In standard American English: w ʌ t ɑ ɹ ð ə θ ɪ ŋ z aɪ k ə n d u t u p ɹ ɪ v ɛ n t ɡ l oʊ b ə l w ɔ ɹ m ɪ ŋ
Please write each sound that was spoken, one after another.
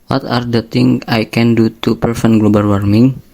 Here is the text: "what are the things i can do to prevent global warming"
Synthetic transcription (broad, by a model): w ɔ t ɑ ɹ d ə t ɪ ŋ aɪ k ə n d u t u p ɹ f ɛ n ɡ l oʊ b ə l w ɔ ɹ m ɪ ŋ